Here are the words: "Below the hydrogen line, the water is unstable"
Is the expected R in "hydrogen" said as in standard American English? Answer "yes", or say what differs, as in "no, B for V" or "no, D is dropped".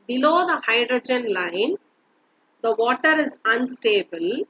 yes